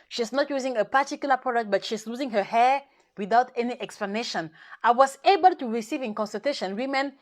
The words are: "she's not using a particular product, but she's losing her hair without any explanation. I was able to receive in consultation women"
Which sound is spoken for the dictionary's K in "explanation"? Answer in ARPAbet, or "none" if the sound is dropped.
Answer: K